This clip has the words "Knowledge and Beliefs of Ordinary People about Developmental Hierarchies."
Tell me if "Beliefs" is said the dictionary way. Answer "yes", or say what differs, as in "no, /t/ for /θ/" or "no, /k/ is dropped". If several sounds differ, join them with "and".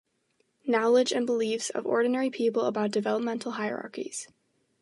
yes